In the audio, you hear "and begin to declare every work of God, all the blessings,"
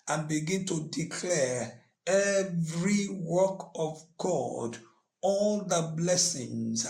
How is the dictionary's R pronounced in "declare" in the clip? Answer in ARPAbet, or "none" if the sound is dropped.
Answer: R